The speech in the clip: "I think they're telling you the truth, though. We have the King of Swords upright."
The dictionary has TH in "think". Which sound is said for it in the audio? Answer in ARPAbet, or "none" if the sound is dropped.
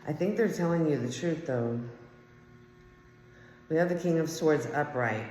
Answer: TH